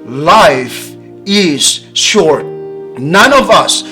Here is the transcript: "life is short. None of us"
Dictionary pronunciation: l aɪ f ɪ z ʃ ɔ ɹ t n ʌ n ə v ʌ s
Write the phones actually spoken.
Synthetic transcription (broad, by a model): l aɪ f ɪ z ʃ ɔ ɹ t n ʌ n ə v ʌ s